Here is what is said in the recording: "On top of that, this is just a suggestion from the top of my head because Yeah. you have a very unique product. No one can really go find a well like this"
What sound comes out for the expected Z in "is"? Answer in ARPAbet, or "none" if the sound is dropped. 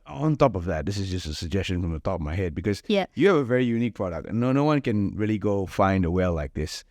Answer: Z